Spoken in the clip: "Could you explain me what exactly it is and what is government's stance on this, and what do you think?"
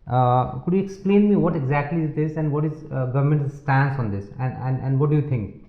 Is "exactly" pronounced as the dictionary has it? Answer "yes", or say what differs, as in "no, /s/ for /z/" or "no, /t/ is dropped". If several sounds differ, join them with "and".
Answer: yes